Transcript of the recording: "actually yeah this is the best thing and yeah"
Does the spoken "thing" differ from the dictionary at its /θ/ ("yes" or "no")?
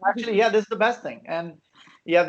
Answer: no